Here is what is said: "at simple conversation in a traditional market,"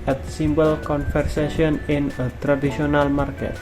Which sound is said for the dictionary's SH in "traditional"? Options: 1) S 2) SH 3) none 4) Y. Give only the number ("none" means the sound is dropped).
1